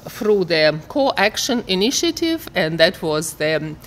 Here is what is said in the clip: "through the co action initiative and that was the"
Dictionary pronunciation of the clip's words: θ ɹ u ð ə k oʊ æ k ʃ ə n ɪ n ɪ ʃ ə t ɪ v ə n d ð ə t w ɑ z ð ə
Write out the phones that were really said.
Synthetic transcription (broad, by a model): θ ɹ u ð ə k oʊ æ k ʃ ə n ɪ n ɪ ʃ ə t ɪ v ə n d ð ə t w ɑ z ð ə